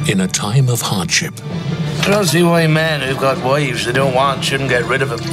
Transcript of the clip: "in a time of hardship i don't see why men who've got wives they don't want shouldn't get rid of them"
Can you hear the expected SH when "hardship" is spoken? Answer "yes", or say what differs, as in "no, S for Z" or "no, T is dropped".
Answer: yes